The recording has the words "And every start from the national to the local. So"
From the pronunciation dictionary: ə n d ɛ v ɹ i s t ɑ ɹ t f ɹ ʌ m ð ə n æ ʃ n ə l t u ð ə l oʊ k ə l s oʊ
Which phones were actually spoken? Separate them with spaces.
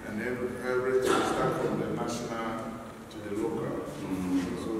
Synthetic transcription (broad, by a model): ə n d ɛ p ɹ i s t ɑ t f ɹ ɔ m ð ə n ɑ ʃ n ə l t u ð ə l oʊ k ə l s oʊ